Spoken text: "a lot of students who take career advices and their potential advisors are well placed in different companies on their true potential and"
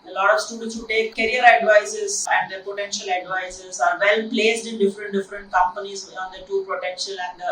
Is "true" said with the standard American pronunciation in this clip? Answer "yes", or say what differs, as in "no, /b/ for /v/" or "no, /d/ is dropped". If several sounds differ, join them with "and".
no, /ɹ/ is dropped